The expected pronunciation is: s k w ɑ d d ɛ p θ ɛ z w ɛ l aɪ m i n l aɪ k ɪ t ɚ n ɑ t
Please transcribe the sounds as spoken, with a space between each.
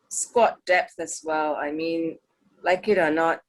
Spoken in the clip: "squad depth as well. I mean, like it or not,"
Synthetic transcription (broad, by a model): s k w ɑ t d ɛ p θ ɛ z w ɛ l aɪ m i n l aɪ k ɪ t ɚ n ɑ t